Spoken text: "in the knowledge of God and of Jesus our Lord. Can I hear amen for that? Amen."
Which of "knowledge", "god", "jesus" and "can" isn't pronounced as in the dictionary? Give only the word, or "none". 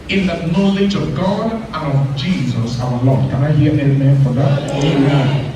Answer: none